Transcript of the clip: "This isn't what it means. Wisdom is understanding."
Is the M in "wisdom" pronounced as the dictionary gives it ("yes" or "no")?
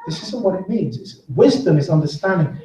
yes